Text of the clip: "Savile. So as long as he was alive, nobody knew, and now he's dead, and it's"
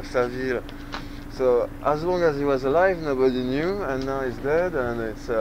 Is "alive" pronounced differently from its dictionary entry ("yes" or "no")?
no